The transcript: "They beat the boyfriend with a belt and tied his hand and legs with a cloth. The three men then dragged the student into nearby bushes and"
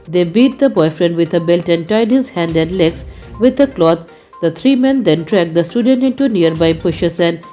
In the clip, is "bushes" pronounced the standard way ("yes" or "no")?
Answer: no